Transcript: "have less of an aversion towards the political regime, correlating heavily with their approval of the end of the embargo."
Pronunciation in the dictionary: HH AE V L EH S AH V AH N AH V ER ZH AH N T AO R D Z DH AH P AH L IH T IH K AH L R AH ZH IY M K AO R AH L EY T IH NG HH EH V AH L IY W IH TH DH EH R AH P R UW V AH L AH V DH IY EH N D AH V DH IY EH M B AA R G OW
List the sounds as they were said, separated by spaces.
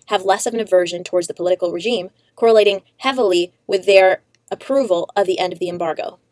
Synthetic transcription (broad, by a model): HH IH V L EH S AH V AH N AH V ER ZH AH N T AO R D Z DH AH P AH L IH T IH K L R AH ZH IY M K AO R AH L EY T IH NG HH EH V L IY W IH DH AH R AH P R UW V AH L AH V DH IY EH N D AH V DH IY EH M B AA R G OW